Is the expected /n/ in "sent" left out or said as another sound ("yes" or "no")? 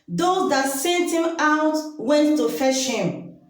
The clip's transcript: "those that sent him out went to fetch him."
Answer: yes